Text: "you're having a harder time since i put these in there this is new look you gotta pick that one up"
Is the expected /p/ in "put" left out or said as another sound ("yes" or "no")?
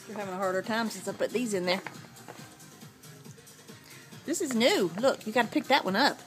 yes